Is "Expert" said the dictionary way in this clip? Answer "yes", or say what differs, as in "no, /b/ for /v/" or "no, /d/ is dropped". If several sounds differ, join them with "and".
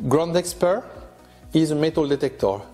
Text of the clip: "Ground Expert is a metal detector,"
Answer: yes